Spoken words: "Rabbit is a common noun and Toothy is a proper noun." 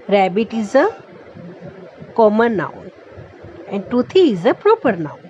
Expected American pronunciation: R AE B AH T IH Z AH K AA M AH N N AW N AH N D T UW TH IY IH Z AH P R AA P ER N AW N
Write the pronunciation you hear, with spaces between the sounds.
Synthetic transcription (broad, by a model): R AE B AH T IH Z AH K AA M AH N N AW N AH N D T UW T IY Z AH P R AA P ER N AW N